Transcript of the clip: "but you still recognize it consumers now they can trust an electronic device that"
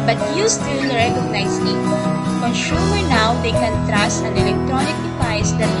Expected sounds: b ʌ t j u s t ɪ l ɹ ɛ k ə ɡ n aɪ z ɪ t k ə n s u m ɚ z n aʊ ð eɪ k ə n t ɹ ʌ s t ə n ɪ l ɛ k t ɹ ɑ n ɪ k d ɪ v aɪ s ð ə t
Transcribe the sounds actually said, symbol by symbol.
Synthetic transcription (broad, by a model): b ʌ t j u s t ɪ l ɹ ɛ k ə ɡ n aɪ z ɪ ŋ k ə n ʃ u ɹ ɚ n aʊ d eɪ k ə n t ɹ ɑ s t ə n ɪ l ɛ k t ɹ ɑ n ɪ k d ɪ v aɪ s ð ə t